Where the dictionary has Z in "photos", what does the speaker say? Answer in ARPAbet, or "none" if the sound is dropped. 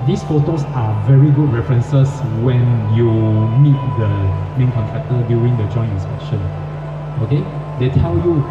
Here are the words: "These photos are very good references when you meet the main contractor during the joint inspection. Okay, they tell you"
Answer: S